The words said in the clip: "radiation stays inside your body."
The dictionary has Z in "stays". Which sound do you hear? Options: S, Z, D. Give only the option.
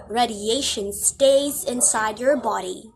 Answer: Z